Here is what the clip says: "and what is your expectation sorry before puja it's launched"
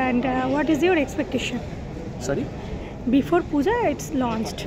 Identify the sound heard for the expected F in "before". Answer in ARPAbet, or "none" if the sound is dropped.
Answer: F